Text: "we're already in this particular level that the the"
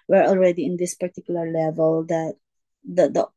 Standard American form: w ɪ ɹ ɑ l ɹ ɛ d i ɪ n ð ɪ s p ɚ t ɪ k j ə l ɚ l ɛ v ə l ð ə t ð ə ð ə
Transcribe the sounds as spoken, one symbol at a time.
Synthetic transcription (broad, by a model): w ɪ ɹ ɑ l ɹ ɛ d i ɪ n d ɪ s p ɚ t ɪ k j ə l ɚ l ɛ v ə l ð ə t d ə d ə